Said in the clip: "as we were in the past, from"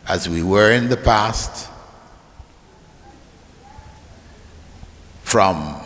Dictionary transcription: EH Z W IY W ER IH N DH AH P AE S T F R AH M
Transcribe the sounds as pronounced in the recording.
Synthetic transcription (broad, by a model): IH Z W IY W ER IH N DH AH P AE S T F R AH M